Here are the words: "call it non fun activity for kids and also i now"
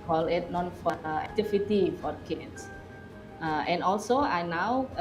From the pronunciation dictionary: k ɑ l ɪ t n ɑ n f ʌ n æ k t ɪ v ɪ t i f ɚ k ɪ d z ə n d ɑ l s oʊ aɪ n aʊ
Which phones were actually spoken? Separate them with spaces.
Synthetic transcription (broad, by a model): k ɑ l ɪ t n ɑ n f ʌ æ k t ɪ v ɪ t i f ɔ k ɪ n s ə n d ɑ l s oʊ aɪ n aʊ